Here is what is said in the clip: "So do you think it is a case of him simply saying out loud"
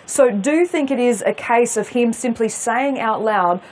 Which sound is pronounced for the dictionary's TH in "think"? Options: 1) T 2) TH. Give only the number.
2